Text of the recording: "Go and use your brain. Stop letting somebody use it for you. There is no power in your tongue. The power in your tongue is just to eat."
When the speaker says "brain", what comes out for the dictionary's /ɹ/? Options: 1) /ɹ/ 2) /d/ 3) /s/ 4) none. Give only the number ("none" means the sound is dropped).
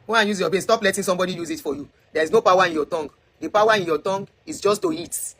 4